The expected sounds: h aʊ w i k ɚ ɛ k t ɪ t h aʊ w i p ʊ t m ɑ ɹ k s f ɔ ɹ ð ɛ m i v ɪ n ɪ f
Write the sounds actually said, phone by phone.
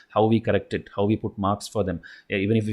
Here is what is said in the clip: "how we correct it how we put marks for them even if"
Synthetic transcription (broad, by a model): h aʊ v i k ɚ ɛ k t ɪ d h aʊ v i p ʊ t m ɑ ɹ k s f ɔ ɹ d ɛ m i v ɪ n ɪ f